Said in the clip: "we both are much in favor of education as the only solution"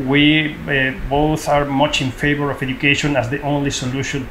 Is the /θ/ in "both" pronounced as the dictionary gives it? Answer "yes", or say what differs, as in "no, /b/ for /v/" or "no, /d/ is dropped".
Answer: yes